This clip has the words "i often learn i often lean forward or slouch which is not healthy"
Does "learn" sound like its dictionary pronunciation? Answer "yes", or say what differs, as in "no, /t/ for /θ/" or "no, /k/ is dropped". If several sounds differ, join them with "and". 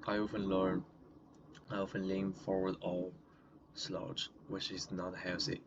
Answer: yes